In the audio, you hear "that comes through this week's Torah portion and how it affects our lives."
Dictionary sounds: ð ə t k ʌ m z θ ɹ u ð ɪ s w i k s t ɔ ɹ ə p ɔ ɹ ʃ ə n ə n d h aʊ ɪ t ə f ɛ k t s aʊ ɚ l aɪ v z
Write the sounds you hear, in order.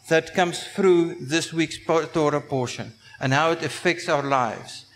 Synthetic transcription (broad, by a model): ð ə t k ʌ m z θ ɹ u ð ɪ s w i k s t ɔ ɹ ə p ɔ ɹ ʃ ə n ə n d h aʊ ɪ t ə f ɛ k t s aʊ ɚ l aɪ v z